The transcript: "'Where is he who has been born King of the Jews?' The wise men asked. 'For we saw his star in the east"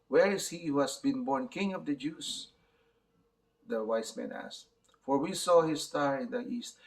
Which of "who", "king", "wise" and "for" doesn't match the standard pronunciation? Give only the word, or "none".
wise